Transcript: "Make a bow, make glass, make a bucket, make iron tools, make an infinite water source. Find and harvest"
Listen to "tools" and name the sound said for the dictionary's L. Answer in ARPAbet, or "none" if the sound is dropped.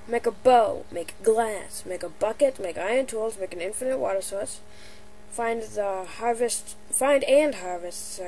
L